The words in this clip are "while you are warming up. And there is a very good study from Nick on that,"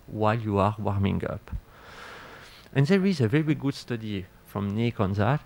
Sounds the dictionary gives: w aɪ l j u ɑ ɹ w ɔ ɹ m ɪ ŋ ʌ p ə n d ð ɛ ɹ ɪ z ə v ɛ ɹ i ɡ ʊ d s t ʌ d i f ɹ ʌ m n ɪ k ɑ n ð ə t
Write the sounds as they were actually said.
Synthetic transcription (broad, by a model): w aɪ l j u ɑ ɹ w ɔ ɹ m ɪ ŋ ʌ p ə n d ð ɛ ɹ ɪ z ə v ɛ ɹ i ɡ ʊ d s t ʌ d i f ɹ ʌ m n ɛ k ɑ n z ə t